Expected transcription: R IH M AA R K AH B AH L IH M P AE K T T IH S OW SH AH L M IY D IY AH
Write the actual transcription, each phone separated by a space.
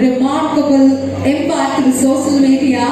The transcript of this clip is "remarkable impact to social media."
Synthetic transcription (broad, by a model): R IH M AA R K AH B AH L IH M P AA T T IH S OW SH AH L M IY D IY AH